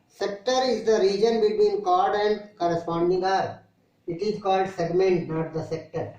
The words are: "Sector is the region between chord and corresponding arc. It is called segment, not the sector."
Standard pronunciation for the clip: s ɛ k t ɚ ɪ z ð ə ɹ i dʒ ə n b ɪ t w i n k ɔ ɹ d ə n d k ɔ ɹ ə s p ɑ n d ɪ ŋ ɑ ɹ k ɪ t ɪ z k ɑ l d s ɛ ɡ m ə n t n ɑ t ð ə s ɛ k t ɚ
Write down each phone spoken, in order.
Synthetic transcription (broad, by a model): s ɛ k t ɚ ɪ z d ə ɹ i dʒ ə n b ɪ t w i n k ɔ ɹ d ə n d k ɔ ɹ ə s p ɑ n d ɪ ŋ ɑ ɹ ɪ t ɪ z k ɑ l d s ɛ ɡ m ə n t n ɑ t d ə s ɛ k t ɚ